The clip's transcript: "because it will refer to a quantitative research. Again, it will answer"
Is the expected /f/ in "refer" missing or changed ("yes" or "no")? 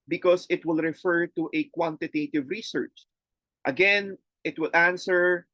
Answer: no